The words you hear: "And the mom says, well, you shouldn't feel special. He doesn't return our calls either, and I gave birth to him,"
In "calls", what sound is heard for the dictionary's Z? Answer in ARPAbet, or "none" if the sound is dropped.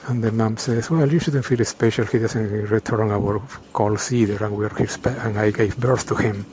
S